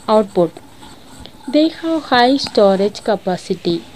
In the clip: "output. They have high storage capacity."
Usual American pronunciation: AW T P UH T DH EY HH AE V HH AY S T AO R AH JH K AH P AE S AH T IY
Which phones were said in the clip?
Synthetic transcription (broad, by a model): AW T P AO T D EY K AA W HH AY S T AO R AH JH K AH P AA S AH T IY